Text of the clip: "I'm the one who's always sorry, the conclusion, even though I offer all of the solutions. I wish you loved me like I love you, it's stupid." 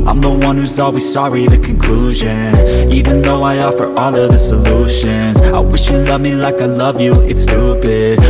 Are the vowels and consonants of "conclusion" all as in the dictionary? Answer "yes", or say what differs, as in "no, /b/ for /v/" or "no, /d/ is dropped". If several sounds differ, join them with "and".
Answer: yes